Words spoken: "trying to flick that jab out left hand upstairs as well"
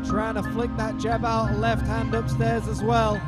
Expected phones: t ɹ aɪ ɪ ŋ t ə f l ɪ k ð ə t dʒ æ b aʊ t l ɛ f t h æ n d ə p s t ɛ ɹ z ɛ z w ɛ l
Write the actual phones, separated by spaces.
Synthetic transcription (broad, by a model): t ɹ aɪ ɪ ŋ t ə f l ɪ k ð ə t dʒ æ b aʊ t l ɛ f t h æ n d ə p s t ɛ ɹ z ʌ z w ɛ l